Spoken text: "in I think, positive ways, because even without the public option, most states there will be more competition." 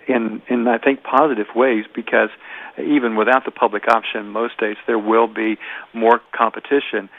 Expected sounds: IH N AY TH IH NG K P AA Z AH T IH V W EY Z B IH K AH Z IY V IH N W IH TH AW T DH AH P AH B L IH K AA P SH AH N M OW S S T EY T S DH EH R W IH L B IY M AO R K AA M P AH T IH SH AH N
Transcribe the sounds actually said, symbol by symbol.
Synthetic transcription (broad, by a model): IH N AY TH IH NG K P AA Z AH T IH V W EY Z B IH K AH Z IY V IH N W IH TH AW T DH AH P AH B L IH K AA P SH AH N M OW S S T EY T S DH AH R W IH L B IY M AO R K AA M P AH T IH SH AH N